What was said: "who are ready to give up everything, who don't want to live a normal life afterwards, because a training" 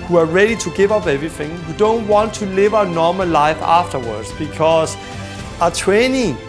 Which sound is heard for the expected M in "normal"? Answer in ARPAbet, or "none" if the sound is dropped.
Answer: M